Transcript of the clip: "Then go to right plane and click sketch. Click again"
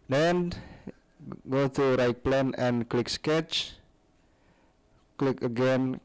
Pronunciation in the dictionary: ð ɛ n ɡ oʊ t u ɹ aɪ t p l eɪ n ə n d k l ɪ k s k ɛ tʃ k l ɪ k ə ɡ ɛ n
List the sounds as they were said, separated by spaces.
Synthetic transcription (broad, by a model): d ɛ n ɡ oʊ t u ɹ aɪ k p l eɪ n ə n k l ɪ k s k ɛ tʃ k l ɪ k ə ɡ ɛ n